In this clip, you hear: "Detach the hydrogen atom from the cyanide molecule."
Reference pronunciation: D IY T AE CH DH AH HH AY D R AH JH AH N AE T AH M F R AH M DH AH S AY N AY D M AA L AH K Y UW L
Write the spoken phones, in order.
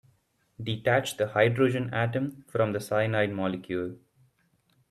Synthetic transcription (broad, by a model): D IY T AE CH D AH HH AY D R AH JH AH N AE T AH M F R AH M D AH S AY N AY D M AA L AH K Y UW L